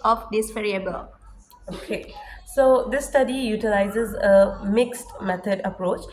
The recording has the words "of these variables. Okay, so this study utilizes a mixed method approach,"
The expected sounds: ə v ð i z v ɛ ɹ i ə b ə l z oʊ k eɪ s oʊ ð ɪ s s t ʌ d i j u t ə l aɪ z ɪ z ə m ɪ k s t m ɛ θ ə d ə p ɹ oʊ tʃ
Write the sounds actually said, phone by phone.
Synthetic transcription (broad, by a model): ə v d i s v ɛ ɹ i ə b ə l oʊ k eɪ s oʊ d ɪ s s t ʌ d i j u t ə l aɪ z ɪ z ə m ɪ k s t m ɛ t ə d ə p ɹ oʊ tʃ